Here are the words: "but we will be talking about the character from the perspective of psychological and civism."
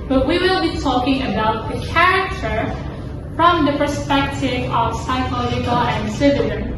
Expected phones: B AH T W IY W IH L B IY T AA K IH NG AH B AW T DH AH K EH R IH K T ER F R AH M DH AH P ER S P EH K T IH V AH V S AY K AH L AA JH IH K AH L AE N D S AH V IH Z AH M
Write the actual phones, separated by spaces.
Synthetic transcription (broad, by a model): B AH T W IY W IH L B IY T AA K IH NG AH B AW T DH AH K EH R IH K T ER F R AH M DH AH P ER S P EH K T IH V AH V S AY K AH L AA JH IH K AH L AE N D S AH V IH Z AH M